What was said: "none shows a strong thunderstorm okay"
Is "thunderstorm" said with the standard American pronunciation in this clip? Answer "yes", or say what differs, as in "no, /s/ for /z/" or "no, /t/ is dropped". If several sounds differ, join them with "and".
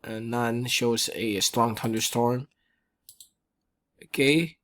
no, /t/ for /θ/